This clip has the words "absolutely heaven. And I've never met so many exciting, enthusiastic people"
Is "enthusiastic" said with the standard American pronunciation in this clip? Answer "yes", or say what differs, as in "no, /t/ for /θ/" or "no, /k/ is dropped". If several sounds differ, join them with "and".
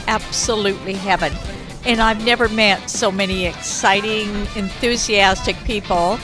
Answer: yes